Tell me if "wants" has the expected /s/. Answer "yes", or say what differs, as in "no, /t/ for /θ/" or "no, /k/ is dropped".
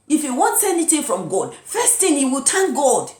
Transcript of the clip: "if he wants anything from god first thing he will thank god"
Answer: yes